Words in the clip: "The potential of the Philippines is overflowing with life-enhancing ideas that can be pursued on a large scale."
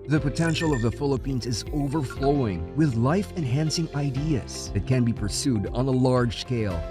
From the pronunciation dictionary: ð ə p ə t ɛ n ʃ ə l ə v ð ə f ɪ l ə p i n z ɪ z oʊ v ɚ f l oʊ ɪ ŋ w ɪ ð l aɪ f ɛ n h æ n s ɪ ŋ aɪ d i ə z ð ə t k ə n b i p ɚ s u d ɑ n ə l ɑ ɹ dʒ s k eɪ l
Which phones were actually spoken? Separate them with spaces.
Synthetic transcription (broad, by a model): ð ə p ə t ɛ n ʃ l ə v ð ə f ɪ l ə p i n z ɪ z oʊ v ɚ f l oʊ ɪ ŋ w ɪ ð l aɪ f ɛ n h æ n s ɪ ŋ aɪ d i ə z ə t k ə n b i p ɚ s u d n ə l ɑ ɹ dʒ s k eɪ l